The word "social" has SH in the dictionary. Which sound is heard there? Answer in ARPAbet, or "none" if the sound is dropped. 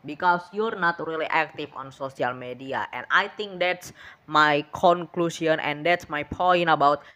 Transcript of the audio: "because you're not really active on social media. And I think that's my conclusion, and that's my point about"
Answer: S